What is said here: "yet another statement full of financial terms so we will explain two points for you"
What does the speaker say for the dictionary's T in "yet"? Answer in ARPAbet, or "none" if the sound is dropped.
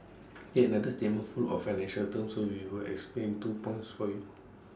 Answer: none